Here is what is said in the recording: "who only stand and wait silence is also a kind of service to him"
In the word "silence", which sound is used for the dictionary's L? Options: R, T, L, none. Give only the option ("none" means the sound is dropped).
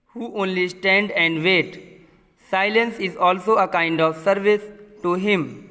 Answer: L